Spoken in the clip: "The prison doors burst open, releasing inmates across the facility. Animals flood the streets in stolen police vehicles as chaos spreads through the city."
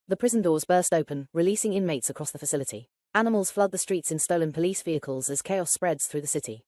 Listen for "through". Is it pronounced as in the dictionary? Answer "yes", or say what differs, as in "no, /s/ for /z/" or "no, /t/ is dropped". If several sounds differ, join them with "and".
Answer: yes